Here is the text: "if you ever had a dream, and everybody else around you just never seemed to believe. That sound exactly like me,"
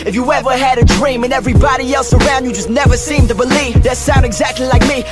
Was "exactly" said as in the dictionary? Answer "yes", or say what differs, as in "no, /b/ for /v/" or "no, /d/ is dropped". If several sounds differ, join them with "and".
yes